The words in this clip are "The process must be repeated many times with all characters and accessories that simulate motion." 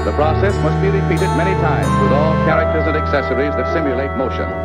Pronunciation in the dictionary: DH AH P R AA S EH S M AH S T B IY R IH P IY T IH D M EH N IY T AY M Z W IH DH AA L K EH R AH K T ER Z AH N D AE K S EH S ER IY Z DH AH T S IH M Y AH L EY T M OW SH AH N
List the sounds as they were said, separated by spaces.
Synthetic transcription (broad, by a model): DH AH P R AA S EH S M AH S T B IY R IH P IY T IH D M EH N IY T AY M Z W IH DH AA L K EH R AH K T ER Z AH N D AE K S EH S ER IY Z DH AH T S IH M Y AH L EY T M OW SH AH N